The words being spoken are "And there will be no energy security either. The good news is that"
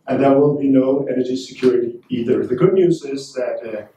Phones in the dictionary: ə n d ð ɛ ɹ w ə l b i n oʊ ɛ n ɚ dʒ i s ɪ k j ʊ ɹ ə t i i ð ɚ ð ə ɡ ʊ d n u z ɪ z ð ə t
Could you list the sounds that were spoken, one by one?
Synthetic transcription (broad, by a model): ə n ð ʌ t w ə n b i n oʊ ɛ n ɚ dʒ i s ɪ k j ʊ ɹ ə t i i ð ɚ ð ə ɡ ʊ d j u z ɪ z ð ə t